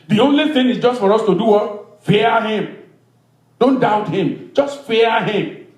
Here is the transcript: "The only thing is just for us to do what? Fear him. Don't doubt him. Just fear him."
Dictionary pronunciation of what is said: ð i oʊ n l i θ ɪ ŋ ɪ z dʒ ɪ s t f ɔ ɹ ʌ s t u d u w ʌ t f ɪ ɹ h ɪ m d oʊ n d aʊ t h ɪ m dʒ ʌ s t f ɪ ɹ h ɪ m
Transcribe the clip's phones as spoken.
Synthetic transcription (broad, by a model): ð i oʊ n l i θ ɪ ŋ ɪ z dʒ ɪ s t f ɔ ɹ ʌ s t u d u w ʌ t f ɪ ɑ h ɪ m d oʊ n d aʊ t h ɪ m dʒ ʌ s t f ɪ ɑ h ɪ m